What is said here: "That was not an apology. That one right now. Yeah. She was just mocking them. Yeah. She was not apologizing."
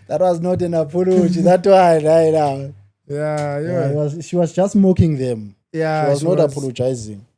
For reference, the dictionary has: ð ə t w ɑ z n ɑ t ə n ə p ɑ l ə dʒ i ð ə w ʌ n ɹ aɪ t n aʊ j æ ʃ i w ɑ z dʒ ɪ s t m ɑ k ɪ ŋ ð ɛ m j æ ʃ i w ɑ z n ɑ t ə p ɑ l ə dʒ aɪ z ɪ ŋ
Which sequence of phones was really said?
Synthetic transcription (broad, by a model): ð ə t w ɑ z n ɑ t ə n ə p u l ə tʃ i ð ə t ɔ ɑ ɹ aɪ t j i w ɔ ʃ i w ɑ z dʒ ɪ s t m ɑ k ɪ ŋ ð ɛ m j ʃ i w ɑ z n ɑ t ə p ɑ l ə dʒ aɪ z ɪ ŋ